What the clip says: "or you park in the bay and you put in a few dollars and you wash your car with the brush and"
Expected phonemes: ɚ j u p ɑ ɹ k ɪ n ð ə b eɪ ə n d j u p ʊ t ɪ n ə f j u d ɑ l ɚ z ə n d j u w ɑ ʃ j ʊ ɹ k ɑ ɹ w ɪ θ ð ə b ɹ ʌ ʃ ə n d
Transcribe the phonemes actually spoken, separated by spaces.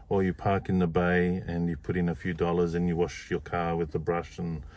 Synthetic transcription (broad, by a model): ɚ j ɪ p ɑ ɹ k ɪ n ð ə b eɪ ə n j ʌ p ʊ t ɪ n ə f j u d ɑ l ɚ z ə n j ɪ w ɑ ʃ j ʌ ɹ k ɑ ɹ w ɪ ð ə b ɹ ʌ ʃ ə n